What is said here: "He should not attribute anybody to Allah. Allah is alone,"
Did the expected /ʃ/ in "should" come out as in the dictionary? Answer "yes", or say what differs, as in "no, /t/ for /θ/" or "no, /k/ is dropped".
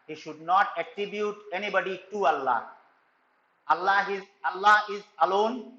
yes